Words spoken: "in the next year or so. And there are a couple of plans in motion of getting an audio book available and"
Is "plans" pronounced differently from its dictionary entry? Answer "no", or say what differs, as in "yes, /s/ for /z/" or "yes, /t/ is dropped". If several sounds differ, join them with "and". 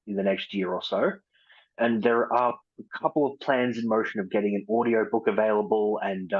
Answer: no